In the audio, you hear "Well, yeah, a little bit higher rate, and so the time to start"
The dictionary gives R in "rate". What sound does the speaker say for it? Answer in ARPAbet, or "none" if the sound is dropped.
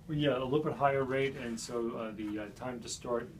R